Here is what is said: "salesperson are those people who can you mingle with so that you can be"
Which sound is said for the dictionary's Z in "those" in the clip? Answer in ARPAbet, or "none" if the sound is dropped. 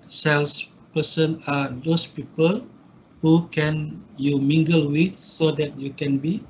S